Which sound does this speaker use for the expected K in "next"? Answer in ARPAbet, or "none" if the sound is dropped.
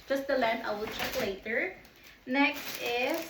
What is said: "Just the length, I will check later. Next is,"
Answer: K